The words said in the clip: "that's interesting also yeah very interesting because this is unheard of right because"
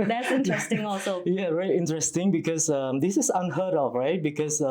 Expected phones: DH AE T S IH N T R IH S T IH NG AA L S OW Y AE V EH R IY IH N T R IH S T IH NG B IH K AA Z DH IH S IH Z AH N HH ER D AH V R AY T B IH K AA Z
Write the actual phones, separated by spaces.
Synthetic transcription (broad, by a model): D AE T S IH N T R IH S T IH NG AA L S OW Y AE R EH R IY IH N T R IH S T IH NG B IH K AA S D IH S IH S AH N HH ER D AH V R AY T B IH K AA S